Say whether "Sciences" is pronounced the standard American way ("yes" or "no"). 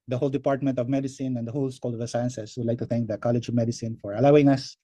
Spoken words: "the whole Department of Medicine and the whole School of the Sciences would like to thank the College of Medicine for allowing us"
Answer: no